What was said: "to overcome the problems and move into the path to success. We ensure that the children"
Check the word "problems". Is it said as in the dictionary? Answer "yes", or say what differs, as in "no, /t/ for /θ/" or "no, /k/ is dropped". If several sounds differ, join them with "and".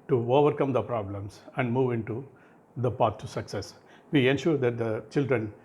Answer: no, /s/ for /z/